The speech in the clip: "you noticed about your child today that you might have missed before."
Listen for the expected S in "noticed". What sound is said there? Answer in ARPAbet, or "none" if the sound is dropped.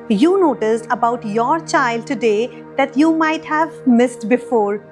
S